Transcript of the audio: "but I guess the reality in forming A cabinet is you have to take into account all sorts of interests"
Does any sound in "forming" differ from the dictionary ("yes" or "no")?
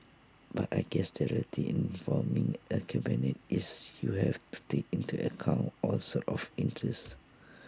yes